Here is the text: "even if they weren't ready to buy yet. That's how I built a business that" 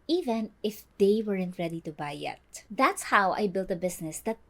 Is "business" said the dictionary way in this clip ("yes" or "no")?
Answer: no